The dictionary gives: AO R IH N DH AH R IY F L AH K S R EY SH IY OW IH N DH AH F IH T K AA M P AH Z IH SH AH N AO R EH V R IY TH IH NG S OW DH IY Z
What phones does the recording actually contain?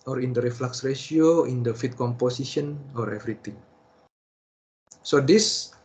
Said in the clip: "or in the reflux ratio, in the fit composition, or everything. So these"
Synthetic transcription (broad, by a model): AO R IH N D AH R IY F L AH K S R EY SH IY OW IH N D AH F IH T K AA M P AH S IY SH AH N AO R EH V R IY T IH NG S OW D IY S